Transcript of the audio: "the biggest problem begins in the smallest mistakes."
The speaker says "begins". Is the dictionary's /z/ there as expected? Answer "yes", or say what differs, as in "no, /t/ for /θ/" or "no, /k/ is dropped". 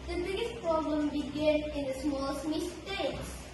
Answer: no, /z/ is dropped